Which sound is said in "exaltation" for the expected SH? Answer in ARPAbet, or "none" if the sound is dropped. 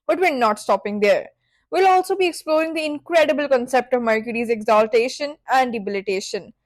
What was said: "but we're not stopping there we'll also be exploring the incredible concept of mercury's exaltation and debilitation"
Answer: SH